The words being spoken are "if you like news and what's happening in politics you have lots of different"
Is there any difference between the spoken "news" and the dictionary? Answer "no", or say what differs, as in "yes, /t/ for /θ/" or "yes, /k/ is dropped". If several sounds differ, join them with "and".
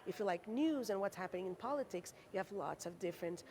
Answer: no